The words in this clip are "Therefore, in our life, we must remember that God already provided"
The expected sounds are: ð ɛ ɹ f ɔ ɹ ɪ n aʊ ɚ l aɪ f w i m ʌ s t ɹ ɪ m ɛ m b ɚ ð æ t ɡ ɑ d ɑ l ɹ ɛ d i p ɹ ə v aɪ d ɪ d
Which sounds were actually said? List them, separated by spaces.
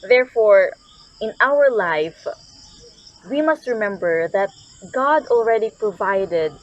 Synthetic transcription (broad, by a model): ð ɛ ɹ f ɔ ɹ ɪ n aʊ ɚ l aɪ f w i m ʌ s t ɹ ɪ m ɛ m b ɚ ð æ t ɡ ɑ d ɑ l ɹ ɛ d i p ɹ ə v aɪ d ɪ d